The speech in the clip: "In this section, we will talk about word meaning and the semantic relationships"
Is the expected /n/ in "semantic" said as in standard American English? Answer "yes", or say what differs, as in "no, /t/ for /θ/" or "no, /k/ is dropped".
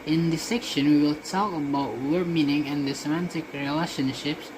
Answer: yes